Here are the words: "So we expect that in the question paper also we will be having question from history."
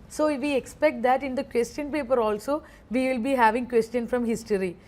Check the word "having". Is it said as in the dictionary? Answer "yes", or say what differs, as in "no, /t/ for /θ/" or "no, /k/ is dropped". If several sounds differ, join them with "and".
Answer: yes